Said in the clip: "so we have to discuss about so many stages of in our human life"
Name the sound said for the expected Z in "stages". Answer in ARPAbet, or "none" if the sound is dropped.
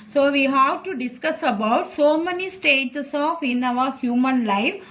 S